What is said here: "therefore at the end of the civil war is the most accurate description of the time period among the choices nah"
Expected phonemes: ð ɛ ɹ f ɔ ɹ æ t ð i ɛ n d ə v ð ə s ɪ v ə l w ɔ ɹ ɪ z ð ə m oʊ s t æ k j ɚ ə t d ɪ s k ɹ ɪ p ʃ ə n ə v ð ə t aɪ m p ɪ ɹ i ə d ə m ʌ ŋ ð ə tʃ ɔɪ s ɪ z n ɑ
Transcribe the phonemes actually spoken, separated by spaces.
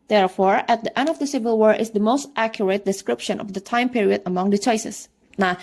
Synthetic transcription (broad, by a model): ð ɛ ɹ f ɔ ɹ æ t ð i ɛ n d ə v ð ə s ɪ v ə l w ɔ ɹ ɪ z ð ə m oʊ s t æ k j ɚ ə t d ɪ s k ɹ ɪ p ʃ ə n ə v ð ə t aɪ m p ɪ ɹ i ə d ə m ʌ ŋ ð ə tʃ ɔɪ s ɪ s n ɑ